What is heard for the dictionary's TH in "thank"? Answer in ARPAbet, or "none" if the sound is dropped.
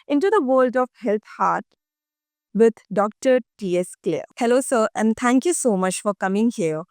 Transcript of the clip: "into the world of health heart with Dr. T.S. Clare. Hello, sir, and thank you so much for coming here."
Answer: T